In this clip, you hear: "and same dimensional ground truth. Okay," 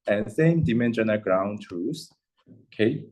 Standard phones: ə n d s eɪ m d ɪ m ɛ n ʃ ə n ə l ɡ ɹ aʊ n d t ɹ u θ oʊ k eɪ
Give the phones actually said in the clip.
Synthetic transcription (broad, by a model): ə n s eɪ m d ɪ m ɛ n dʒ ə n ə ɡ ɹ aʊ n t u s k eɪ